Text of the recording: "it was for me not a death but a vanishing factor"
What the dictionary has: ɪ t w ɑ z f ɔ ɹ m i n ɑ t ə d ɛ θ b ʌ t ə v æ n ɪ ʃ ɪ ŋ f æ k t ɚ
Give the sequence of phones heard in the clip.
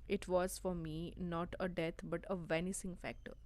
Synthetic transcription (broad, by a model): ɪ t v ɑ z f ɔ ɹ m i n ɑ t ə d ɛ t b ʌ t ə v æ n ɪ s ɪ ŋ f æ k t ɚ